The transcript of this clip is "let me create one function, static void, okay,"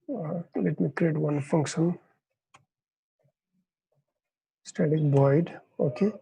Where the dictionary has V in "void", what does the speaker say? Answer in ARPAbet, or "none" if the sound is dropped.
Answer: B